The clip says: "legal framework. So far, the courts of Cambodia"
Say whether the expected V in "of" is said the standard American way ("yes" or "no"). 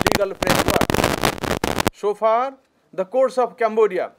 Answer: no